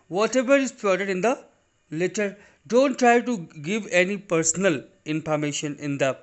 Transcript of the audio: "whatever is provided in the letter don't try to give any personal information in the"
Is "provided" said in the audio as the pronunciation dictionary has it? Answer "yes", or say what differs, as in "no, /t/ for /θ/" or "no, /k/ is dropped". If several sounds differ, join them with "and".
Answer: no, /ɹ/ is dropped